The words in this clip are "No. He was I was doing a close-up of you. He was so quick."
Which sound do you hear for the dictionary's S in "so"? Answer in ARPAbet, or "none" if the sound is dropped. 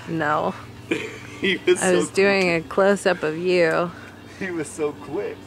S